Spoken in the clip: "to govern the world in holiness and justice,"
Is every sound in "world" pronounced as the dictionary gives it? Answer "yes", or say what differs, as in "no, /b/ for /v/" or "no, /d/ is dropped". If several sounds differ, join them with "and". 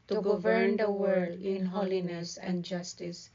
no, /l/ is dropped